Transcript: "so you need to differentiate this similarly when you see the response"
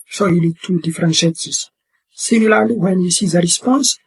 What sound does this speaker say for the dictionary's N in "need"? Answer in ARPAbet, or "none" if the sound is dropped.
L